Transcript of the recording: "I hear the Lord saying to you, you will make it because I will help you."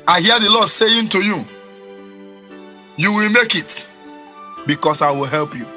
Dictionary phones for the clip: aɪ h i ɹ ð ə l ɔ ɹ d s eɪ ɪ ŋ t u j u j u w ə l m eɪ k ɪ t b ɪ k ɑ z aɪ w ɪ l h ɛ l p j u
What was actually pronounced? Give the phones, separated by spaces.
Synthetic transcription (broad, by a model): aɪ h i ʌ ð ə l ɔ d s eɪ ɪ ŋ t u j u j u w ə l m eɪ k ɪ t b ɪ k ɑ s aɪ w ɪ l h ɛ l p j u